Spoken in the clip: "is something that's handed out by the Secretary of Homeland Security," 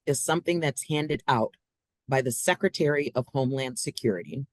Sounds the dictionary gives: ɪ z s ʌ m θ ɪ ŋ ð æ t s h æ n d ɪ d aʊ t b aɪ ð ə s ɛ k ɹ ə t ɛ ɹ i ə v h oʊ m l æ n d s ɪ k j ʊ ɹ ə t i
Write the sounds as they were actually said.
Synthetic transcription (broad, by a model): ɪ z s ʌ m θ ɪ ŋ ð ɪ t s h æ n d ɪ d aʊ t b aɪ ð ə s ɛ k ɹ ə t ɛ ɹ i ə v h oʊ m l æ n d s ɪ k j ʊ ɹ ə t i